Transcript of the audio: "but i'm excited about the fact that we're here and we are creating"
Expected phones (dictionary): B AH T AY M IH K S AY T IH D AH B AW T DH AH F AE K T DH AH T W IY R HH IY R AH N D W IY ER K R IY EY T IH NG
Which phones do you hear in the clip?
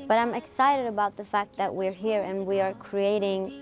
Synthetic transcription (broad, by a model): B AH T AY M IH K S AY T IH D AH B AW T DH AH F AE K T DH AH T W IY R HH IY R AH N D W IY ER K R IY EY T IH NG